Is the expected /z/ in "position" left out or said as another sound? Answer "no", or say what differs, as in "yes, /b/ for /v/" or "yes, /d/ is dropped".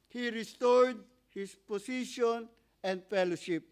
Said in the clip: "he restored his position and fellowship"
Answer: yes, /s/ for /z/